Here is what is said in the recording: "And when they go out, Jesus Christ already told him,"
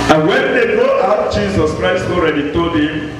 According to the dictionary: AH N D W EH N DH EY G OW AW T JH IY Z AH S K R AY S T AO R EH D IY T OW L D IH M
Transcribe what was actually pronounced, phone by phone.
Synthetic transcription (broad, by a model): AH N W EH N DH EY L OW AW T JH IY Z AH S K R AY S T AO R EH D IY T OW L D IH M